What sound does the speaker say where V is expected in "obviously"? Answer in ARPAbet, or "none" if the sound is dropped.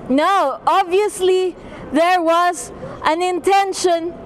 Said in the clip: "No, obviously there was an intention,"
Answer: V